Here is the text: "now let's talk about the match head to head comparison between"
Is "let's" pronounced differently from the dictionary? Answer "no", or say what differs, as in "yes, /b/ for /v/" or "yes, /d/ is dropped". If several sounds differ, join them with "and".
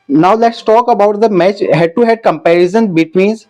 no